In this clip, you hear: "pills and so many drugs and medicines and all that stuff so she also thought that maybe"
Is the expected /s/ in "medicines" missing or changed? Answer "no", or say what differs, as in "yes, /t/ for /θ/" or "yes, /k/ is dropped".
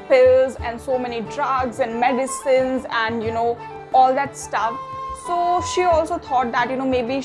no